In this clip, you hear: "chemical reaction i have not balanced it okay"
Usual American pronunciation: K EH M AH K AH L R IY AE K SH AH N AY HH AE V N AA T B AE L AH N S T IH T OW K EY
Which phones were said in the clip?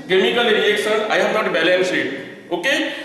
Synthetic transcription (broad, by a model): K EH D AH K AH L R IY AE K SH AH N AY HH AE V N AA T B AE L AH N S IH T OW K EY